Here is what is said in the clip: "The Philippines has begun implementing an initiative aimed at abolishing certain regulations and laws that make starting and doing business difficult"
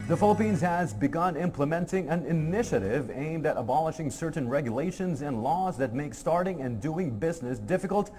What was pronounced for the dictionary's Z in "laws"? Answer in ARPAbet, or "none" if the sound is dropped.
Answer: Z